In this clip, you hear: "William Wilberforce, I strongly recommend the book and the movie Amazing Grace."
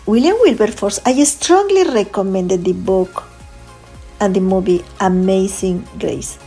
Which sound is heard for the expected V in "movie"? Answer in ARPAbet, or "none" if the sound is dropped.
B